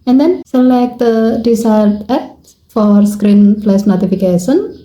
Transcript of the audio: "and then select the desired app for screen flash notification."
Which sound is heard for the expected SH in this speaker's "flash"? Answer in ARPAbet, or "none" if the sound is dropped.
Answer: S